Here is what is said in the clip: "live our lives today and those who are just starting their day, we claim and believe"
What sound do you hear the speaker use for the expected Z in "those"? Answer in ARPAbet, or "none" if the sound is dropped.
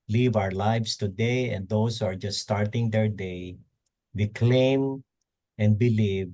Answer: S